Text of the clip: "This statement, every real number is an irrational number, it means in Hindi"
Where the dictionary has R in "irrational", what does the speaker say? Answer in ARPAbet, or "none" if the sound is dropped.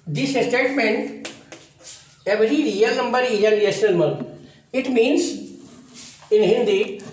none